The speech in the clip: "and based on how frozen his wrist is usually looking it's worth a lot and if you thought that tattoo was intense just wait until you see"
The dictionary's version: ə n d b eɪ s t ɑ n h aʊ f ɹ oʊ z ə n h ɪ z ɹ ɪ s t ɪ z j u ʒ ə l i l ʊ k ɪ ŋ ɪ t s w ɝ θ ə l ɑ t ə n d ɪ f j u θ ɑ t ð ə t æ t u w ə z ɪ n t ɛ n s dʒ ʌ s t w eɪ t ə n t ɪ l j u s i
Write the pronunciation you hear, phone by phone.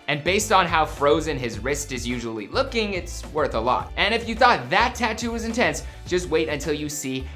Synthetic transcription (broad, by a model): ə n b eɪ s t n h aʊ f ɹ oʊ z ə n ɪ z ɹ ɪ s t ɪ z j u ʒ ə l i l ʊ k ɪ ŋ ɪ t s w ɝ θ ə l ɑ t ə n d ɪ f j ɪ θ ɑ t ð ə t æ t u w ə z ɪ n t ɛ n s dʒ ʌ s t w eɪ t ə n t ɪ l j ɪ s i